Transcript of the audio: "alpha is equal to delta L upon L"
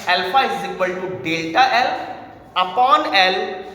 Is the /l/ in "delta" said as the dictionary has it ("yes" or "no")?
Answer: yes